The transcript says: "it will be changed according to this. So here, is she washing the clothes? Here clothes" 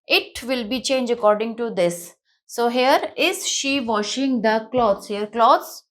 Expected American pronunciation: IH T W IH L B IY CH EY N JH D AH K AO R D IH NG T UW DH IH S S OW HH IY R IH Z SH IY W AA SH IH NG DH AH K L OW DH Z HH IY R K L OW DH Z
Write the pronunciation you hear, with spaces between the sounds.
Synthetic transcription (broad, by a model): IH T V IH L B IY CH EY N JH AH K AO R D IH NG T UW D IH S S OW HH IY R IH Z SH IY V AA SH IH NG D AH K L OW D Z HH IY R K L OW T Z